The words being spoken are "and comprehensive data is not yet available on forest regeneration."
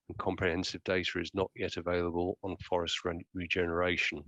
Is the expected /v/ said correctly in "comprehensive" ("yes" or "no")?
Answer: yes